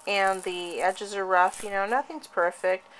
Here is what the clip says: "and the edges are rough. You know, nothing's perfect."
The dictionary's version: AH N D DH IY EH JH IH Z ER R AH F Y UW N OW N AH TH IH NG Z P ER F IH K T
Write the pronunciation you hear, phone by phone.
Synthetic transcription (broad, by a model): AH N DH IY EH JH IH Z ER R AH F Y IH N OW N AH TH IH NG Z P ER F IH K T